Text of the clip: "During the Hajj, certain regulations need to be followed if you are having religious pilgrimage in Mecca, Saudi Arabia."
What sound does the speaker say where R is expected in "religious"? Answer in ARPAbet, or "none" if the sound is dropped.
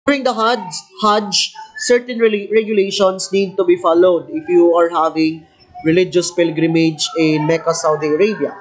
R